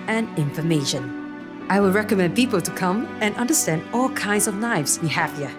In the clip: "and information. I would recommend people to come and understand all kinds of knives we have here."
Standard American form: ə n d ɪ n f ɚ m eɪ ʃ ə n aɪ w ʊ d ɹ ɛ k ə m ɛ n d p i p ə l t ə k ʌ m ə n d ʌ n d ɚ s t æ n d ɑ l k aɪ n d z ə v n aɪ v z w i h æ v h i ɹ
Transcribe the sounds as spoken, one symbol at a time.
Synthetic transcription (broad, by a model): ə n ɪ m f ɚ m eɪ ʃ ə n aɪ w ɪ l ɹ ɛ k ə m ɛ n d p i p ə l t ə k ʌ m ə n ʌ n d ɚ s t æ n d ɑ l k aɪ n d z ə v n aɪ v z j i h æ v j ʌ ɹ